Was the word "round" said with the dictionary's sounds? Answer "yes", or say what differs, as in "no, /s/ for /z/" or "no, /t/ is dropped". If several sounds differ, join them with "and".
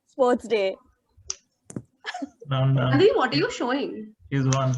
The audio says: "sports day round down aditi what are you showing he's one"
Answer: no, /l/ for /ɹ/